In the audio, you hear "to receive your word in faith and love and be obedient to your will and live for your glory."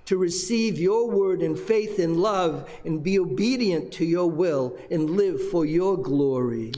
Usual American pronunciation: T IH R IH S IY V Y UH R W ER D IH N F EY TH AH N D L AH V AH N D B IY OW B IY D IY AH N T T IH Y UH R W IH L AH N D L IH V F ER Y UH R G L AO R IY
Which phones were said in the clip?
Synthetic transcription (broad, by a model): T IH R IH S IY V Y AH R W ER D IH N F EY TH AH N L AH V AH N B IY OW B IY D IY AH N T T IH Y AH R W IH L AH N L IH V F ER Y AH R G L AO R IY